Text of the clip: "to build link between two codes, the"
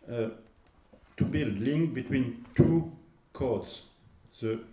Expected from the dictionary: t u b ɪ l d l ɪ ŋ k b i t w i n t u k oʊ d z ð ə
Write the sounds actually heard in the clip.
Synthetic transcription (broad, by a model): t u b ɪ l d l ɪ ŋ k b i t w i n t u k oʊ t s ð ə